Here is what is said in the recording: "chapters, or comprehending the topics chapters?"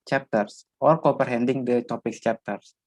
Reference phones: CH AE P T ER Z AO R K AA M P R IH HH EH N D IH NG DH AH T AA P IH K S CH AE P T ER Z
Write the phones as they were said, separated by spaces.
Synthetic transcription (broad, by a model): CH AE P T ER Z AO R K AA P R HH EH N D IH NG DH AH T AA P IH K CH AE P T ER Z